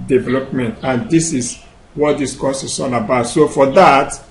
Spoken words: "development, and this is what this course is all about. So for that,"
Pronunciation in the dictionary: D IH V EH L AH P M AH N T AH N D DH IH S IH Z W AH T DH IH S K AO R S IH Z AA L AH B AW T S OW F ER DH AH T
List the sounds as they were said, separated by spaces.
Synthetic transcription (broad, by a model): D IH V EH L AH P M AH N T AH N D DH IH S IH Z W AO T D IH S K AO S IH S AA N AH B AW T S OW F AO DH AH T